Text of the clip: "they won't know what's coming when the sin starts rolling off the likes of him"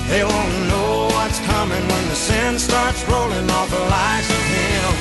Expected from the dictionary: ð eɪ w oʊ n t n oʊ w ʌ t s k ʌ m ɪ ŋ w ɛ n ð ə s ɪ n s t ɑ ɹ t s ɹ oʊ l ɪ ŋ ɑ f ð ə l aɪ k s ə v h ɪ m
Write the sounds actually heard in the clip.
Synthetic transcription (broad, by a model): ð eɪ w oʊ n n oʊ w ʌ t s k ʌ m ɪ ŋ w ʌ n ð ə s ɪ n s t ɑ ɹ t s ɹ oʊ l ɪ ŋ ɑ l ð ə l aɪ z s ə v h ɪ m